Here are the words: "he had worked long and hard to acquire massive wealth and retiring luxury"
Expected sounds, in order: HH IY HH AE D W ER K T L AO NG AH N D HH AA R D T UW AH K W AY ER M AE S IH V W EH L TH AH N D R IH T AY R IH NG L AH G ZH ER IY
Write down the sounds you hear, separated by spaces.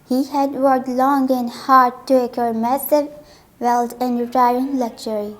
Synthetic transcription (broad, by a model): HH IY HH AE D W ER T L AO NG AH N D HH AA R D T UW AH K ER M AE S IH V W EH L T AH N D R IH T AY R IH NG L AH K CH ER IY